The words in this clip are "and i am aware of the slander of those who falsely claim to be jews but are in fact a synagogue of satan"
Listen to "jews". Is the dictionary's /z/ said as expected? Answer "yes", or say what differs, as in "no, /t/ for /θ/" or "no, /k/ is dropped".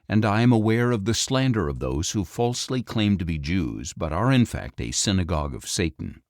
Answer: yes